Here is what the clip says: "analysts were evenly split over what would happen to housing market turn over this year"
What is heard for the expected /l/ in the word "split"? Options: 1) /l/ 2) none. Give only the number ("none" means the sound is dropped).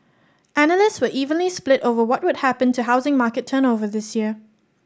1